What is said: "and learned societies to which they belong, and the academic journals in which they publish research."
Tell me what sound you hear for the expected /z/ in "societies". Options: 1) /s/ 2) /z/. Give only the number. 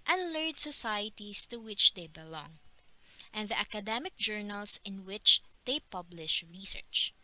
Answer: 1